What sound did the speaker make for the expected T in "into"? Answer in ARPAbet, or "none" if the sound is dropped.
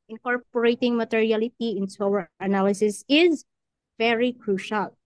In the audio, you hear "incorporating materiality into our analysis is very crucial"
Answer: S